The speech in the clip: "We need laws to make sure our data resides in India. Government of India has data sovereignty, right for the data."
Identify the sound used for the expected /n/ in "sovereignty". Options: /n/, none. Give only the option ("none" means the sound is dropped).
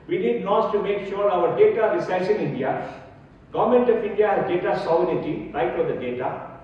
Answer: none